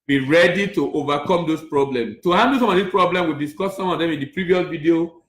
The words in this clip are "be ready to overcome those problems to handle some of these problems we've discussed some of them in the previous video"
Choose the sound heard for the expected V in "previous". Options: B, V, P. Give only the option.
V